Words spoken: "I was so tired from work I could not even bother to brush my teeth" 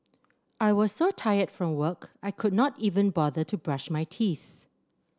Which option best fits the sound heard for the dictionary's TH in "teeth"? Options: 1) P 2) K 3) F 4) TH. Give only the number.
4